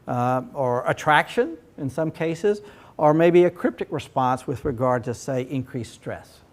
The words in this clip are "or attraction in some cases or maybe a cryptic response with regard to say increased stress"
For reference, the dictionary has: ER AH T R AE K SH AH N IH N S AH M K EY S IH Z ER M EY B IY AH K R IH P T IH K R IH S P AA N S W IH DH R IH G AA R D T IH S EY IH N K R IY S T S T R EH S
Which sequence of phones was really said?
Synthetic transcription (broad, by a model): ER AH T R AE K SH AH N IH N S AH M K EY S IH Z ER M EY B IY AH K R IH P T IH K R IH S P AA N S W IH DH R IH G AA R D T IH S EY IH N K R IY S S T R EH S